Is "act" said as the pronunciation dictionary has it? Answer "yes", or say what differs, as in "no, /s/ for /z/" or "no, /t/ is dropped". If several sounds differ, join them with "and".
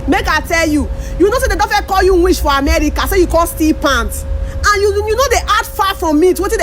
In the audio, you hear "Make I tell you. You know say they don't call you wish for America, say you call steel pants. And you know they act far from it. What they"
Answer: no, /k/ is dropped